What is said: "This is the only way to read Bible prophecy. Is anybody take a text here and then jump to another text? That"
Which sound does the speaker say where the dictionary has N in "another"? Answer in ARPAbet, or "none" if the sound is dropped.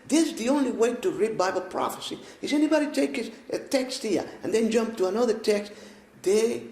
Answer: N